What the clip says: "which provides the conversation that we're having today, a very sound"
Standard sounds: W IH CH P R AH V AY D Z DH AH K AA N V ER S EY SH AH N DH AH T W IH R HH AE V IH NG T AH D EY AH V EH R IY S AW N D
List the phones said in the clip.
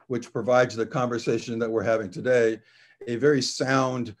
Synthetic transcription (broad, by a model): W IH CH P R AH V AY D Z DH AH K AA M V ER S EY SH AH N DH AH T W IH R HH AE V IH NG T AH D EY AH V EH R IY S AW N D